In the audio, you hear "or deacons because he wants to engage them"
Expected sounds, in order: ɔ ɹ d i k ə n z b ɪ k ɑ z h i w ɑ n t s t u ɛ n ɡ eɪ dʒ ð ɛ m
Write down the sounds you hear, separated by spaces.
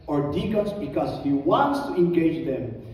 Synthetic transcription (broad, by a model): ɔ ɹ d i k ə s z b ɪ k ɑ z h i w ɑ n t s t u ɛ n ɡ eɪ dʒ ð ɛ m